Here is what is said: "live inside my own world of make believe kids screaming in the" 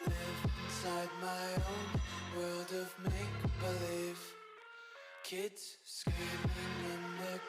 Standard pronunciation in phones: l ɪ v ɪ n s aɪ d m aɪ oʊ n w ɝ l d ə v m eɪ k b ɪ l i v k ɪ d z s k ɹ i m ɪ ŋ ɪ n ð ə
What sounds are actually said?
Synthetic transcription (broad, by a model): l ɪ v ɪ n s aɪ d m aɪ oʊ n w ɝ l d ə v m eɪ k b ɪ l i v k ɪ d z s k i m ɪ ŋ ɪ n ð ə